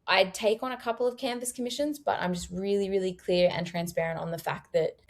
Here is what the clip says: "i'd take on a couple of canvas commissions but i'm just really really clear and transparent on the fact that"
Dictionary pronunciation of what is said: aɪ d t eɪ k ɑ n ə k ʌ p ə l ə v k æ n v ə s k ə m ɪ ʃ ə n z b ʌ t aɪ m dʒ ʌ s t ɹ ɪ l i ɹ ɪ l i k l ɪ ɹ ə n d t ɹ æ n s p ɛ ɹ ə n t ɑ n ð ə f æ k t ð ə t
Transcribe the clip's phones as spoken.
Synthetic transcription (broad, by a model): aɪ d t eɪ k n ə k ʌ p l ə v k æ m v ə s k ə m ɪ ʃ ə n z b ʌ t aɪ m dʒ ʌ s t ɹ ɪ l i ɹ ɪ l i k l ɪ ɹ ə n t ɹ æ n s p ɛ ɹ ə n t n ð ə f æ k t ð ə t